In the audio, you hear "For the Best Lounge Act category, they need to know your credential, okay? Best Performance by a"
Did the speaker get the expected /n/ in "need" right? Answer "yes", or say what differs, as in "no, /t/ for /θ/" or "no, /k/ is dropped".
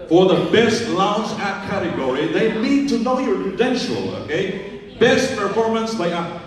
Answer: no, /l/ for /n/